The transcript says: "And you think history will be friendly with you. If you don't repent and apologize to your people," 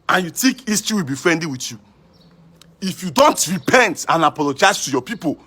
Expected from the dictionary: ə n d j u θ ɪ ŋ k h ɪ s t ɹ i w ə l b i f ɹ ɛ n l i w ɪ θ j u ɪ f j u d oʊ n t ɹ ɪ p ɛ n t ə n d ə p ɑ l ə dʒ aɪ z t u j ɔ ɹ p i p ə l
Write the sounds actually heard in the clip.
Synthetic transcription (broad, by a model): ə n j u t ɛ k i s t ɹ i w ə l b i f ɹ ɛ n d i w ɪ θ j u ɪ f j u d oʊ n t ɹ ɪ p ɛ n t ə n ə p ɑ l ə dʒ aɪ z t u j ɔ p i p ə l